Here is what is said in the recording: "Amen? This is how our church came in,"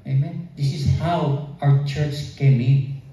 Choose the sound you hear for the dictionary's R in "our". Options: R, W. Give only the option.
W